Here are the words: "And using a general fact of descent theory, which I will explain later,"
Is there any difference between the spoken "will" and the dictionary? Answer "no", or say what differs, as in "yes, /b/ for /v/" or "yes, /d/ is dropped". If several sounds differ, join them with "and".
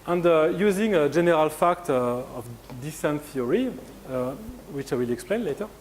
no